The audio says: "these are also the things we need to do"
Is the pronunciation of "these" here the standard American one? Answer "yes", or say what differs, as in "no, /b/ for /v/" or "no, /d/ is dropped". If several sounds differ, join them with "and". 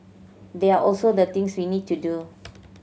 no, /z/ is dropped